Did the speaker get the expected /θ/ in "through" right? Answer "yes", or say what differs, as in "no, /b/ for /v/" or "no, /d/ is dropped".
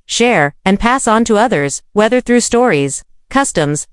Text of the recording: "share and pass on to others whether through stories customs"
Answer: yes